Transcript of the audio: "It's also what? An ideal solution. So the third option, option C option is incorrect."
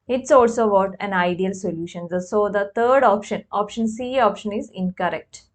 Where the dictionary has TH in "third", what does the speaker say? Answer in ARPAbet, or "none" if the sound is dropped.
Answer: T